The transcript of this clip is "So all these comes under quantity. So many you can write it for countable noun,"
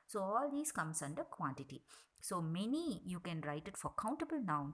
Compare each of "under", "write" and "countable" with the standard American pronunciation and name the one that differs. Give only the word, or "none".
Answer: none